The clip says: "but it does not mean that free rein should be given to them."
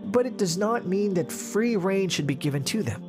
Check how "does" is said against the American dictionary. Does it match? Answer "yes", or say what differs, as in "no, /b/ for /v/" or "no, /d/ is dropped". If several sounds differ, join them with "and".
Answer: yes